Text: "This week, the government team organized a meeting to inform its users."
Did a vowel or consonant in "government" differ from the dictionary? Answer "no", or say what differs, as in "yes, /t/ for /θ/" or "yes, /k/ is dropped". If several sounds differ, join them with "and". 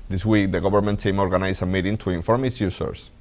yes, /b/ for /v/